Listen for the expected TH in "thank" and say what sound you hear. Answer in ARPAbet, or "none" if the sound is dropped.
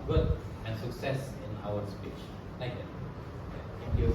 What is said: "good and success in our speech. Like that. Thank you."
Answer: T